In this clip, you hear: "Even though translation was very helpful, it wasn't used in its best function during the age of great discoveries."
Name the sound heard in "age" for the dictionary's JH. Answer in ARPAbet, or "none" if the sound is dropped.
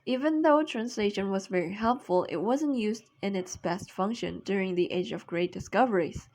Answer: JH